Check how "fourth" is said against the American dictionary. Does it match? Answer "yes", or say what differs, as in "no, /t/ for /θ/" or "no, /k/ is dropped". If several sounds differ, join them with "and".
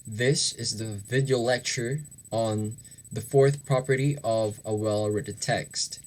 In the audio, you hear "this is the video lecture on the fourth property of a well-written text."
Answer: yes